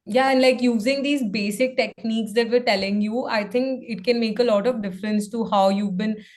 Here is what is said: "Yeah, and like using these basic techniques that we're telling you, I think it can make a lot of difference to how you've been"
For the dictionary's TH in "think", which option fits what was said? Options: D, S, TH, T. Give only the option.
T